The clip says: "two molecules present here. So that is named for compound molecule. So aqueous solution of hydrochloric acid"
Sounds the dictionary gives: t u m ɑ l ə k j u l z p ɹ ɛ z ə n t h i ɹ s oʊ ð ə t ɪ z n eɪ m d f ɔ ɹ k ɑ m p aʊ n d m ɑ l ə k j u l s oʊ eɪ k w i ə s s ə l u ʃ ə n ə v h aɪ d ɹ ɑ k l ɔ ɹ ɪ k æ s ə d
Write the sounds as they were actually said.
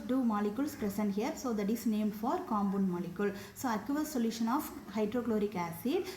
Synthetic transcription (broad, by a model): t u m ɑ l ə k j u l s p ɹ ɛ s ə n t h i ɹ s oʊ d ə t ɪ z n eɪ m d f ɔ ɹ k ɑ m b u n m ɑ l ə k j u l s oʊ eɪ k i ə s s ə l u ʃ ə n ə f h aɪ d ɹ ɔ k l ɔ ɹ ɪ k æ s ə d